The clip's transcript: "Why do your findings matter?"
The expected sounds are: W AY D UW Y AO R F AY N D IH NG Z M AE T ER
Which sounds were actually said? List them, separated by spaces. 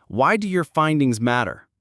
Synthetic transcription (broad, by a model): W AY D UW Y AO R F AY N D IH NG Z M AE T ER